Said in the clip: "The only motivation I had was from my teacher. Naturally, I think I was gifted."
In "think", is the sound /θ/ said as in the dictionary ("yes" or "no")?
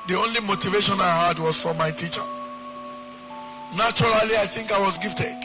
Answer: yes